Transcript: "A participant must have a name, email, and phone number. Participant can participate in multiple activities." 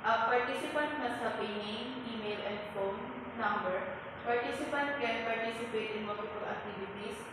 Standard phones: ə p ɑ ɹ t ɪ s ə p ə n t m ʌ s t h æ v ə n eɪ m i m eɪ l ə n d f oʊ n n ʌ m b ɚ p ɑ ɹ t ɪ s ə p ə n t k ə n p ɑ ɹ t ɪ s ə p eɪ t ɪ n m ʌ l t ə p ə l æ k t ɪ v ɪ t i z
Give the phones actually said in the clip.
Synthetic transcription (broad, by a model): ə p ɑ ɹ t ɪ s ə p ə n t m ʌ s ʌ p ə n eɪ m i m eɪ l ə n d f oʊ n n ʌ m b ɚ p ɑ ɹ t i s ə p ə n t k ə n p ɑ ɹ t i s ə p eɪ t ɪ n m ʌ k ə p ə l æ k t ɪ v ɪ t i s